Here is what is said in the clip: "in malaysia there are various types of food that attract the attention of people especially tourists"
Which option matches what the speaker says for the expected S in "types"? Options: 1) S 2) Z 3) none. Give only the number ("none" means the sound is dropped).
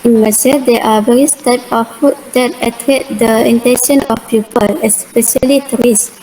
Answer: 3